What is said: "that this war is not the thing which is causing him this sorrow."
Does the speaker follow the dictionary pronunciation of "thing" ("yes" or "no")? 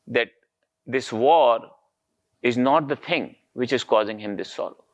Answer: no